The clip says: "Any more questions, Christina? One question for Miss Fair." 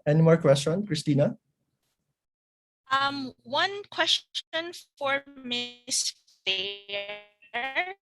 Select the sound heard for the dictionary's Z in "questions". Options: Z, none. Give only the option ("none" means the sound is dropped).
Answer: none